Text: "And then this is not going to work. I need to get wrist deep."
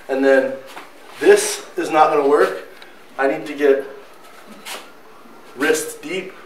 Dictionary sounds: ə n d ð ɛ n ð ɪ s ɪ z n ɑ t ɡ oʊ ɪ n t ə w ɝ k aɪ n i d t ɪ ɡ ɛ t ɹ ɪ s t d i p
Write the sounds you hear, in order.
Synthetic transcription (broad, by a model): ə n ð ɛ n ð ɪ s ɪ z n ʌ t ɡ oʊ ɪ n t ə w ɝ k aɪ n i d t ɪ ɡ ɛ t ɹ ɪ s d i p